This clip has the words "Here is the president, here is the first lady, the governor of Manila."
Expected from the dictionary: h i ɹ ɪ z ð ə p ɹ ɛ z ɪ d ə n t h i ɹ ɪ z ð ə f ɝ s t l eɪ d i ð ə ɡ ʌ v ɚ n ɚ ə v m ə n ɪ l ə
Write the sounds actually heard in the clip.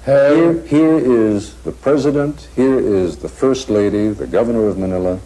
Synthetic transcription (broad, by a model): h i ɹ ɪ z ð ə p ɹ ɛ z ɪ d ə n t h i ɹ ɪ z ð ə f ɝ s t l eɪ d i ð ə ɡ ʌ v ɚ n ɚ ə v m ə n ɪ l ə